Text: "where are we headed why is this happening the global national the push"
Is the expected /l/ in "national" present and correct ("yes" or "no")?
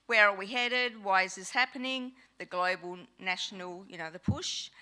no